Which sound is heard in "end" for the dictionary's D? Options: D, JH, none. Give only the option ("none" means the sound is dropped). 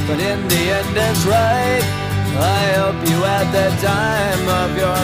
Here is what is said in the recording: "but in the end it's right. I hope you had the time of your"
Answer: D